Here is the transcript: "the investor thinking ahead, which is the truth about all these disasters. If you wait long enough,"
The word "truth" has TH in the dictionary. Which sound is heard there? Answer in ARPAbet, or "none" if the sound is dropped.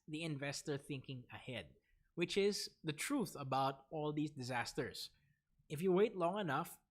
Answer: TH